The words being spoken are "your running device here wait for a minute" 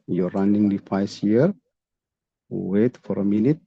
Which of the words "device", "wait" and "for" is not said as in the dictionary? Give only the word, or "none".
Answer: device